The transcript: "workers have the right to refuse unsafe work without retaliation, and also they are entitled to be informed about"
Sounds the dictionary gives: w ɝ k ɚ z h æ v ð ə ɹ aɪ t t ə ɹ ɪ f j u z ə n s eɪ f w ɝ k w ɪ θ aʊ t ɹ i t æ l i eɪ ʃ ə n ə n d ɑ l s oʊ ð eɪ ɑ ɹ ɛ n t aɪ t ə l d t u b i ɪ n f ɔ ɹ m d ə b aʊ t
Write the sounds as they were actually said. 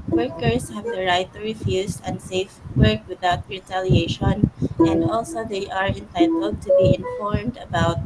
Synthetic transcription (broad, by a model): w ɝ k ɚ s h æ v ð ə ɹ aɪ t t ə ɹ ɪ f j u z ə n s eɪ f w ɝ k w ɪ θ aʊ t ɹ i t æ l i eɪ ʃ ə n ə n d ɑ l s oʊ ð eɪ ɑ ɹ ɛ n t aɪ t ə l d t u b i ɪ n f ɔ ɹ m d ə b aʊ t